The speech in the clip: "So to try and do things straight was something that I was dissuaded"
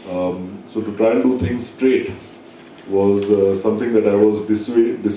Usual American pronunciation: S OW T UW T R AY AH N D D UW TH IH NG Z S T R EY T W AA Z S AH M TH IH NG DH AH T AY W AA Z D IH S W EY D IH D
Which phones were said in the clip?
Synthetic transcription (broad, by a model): S OW T UW T R AY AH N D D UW T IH NG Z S T R EY T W AA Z S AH M T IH NG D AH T AY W AA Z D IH S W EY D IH